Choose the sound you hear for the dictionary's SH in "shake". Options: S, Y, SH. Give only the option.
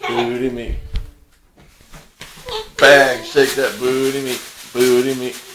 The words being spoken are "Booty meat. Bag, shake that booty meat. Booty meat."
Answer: S